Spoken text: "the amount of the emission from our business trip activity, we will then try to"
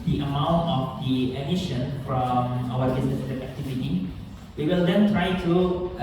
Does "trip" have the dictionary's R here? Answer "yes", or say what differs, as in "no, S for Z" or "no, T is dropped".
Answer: no, R is dropped